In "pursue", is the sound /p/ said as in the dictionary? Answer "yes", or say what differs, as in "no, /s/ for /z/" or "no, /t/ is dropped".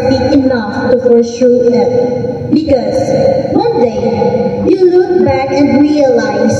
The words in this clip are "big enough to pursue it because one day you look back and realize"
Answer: no, /f/ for /p/